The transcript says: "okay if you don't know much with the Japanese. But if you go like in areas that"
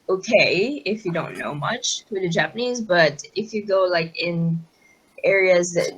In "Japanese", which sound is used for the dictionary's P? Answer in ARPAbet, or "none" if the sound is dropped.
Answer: P